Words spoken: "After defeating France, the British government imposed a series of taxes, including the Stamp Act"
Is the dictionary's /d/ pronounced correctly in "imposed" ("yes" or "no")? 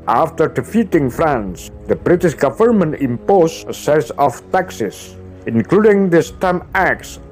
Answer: no